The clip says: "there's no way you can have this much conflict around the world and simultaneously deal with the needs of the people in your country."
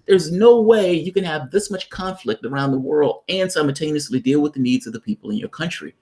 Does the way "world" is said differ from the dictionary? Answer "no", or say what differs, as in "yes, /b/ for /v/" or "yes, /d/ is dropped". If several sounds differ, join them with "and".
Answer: no